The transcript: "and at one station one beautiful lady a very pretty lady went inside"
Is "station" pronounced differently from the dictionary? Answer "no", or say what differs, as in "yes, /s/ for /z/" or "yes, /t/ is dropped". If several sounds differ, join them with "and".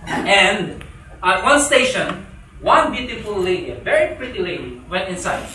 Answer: no